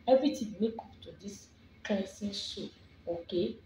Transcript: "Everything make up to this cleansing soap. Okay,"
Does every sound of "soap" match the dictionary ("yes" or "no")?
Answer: no